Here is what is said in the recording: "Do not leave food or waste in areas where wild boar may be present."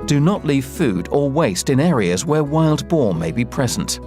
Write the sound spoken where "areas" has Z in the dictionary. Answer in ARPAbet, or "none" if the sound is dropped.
Z